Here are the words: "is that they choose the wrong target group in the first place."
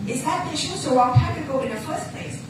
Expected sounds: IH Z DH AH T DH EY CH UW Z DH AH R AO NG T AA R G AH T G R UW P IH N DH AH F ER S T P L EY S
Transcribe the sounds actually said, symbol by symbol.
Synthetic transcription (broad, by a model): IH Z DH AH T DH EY SH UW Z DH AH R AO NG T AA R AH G AO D IH N DH AH F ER S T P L EY S